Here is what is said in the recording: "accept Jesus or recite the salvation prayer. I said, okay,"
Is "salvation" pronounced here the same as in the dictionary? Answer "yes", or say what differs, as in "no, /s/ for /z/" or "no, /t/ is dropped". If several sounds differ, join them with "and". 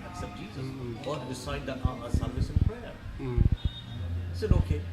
no, /s/ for /ʃ/